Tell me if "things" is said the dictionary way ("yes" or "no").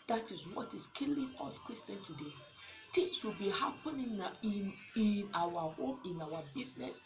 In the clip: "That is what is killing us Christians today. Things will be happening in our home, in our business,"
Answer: no